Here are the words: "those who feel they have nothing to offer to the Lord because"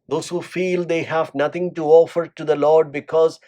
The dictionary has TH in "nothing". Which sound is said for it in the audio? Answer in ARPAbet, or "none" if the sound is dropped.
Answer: T